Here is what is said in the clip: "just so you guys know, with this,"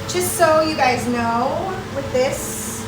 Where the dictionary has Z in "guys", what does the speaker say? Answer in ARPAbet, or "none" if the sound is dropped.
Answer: Z